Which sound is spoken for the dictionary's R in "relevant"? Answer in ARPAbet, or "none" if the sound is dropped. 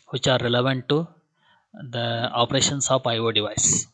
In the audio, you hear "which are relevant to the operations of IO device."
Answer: R